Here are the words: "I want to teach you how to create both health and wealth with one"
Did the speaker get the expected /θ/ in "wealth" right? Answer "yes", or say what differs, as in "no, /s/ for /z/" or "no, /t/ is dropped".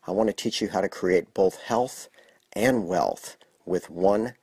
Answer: yes